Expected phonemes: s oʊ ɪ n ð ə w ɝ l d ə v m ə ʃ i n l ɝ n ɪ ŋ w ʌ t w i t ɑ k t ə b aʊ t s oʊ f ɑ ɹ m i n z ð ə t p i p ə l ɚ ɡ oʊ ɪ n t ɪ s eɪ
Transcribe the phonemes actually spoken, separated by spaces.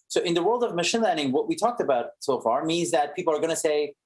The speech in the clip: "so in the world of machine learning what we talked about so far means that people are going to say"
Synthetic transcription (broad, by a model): s oʊ ɪ n ð ə w ɝ l d ə v m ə ʃ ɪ n l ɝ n ɪ ŋ w ʌ t w i t ɑ k t ə b aʊ t s oʊ f ɑ ɹ m i n z ð ə t p i p l ɚ ɡ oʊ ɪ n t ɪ s eɪ